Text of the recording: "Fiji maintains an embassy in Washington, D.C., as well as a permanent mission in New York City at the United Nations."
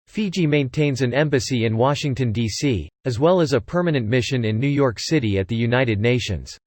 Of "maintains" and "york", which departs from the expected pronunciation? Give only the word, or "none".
none